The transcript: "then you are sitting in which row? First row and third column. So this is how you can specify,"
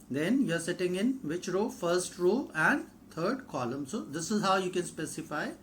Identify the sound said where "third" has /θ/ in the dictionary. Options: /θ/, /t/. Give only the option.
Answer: /t/